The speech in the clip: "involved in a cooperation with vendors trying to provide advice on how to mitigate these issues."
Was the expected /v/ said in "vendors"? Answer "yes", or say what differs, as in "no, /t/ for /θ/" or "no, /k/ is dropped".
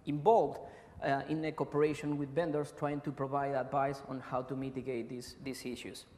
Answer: no, /b/ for /v/